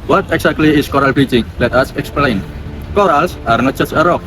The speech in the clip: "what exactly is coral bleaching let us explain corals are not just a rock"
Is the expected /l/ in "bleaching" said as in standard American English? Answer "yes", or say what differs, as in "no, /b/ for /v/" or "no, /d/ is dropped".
no, /l/ is dropped